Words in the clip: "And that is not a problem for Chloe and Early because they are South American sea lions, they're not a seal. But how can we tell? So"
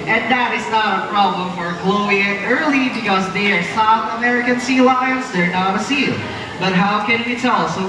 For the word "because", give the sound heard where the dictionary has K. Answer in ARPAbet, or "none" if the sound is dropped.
none